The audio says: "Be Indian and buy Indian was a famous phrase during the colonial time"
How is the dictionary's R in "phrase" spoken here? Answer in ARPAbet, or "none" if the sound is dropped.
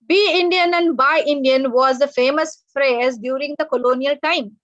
R